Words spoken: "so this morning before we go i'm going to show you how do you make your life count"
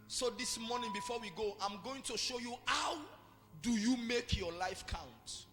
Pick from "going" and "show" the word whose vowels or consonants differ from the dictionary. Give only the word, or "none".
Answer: none